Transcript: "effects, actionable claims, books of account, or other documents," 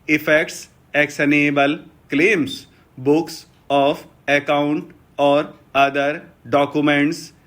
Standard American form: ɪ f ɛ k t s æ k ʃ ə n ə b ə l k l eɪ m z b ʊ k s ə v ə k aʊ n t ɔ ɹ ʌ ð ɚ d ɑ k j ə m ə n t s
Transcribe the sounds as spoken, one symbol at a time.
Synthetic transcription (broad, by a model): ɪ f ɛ k t s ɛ k s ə n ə b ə l k l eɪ m s b ʊ k s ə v ə k aʊ n t ɔ ɹ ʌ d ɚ d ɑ k j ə m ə n t s